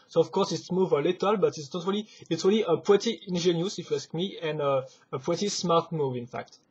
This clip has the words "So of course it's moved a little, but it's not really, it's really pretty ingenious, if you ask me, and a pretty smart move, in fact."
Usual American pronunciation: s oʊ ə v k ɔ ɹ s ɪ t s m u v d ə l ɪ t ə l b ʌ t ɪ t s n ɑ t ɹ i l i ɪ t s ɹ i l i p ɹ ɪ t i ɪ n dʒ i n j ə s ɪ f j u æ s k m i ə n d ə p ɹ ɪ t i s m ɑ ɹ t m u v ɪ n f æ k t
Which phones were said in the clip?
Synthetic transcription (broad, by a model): s oʊ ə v k ɔ ɹ s ɪ t s m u v ə l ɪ t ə l b ʌ t ɪ t s n ɑ t ɹ i l i ɪ t s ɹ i l i p w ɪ t i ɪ n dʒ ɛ n j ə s ɪ f j u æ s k m i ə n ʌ ə p w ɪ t i s m ɑ ɹ t m u v ɪ n f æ k t